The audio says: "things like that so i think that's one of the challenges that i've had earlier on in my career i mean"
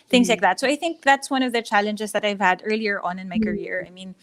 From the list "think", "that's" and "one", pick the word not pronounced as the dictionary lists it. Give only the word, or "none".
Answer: none